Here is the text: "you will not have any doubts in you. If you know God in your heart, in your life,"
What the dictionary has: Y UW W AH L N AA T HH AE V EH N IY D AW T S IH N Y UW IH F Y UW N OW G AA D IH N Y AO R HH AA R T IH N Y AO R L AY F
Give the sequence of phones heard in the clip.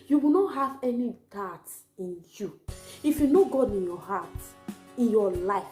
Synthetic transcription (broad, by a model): Y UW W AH N AA T HH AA V EH N IY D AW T IH N Y UW IH F Y UW N OW G AA D IH N Y AO HH AA T IH N Y AO L AY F